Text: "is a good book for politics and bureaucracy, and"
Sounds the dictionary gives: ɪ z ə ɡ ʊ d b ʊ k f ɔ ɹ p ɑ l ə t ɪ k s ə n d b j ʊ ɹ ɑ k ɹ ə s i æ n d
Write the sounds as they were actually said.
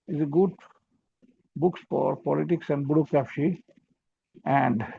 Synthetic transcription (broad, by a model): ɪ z ə ɡ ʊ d b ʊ k f ɔ ɹ p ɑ l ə t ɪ k s ə n d b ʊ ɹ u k ə ʃ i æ n d